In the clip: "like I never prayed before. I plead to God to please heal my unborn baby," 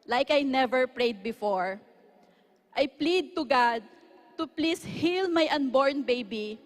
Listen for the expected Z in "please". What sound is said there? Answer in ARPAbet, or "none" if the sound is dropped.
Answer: S